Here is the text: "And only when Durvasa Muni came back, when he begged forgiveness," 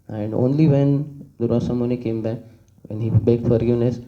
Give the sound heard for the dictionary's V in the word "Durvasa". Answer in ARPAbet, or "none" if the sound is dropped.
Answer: none